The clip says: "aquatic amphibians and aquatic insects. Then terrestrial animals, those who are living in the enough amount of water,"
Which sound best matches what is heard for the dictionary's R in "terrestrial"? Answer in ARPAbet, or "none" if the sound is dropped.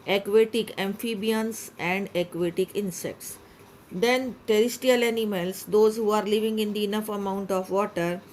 none